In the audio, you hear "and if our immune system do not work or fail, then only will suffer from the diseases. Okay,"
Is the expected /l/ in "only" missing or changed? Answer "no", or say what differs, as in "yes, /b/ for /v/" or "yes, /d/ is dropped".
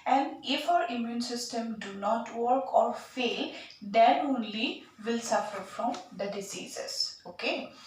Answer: no